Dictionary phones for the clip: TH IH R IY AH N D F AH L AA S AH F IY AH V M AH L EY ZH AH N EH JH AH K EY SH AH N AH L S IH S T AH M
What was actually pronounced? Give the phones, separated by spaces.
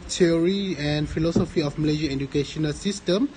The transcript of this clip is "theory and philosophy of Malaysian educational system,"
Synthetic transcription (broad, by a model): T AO R IY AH N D F AH L AA S AH F IY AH F M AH L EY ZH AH EH JH AH K EY SH AH N AH L S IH S T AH M